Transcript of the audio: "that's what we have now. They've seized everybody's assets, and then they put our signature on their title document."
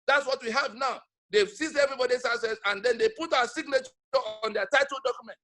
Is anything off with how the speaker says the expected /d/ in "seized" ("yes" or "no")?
yes